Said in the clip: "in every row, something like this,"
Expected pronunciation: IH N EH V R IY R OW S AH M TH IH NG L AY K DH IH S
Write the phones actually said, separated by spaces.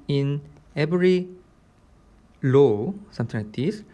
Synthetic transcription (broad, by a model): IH N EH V R IY L OW S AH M T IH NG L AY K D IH S